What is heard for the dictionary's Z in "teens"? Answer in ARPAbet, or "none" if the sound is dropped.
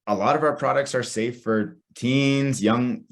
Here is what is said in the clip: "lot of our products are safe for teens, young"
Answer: Z